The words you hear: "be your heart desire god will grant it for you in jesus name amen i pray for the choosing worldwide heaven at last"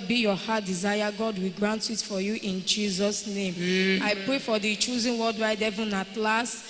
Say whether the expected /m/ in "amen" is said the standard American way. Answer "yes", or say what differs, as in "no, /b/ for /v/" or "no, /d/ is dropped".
no, /m/ is dropped